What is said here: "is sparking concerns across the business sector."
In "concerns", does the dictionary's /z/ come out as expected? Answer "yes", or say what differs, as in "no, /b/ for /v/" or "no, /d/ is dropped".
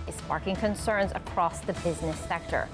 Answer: yes